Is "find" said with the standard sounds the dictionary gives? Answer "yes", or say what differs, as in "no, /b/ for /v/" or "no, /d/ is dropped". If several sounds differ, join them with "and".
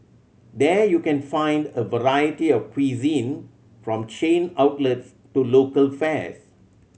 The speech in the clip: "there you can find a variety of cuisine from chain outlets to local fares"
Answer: yes